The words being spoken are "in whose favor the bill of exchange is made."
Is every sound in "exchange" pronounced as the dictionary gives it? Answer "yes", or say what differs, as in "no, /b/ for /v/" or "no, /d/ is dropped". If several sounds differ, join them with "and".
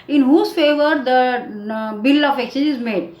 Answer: no, /dʒ/ is dropped